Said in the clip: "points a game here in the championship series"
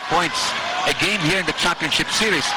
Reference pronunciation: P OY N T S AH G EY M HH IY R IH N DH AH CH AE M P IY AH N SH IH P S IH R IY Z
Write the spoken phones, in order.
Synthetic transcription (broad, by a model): P OY N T S AH G EY M HH IY R IH N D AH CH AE P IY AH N SH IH P S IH R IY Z